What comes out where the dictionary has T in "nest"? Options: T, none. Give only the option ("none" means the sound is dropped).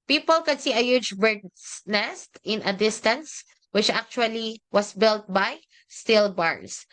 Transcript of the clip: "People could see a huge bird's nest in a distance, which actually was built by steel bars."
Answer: T